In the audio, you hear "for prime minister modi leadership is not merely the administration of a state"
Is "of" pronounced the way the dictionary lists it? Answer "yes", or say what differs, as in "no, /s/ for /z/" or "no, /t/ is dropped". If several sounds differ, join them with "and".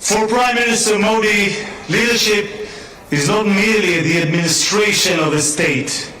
yes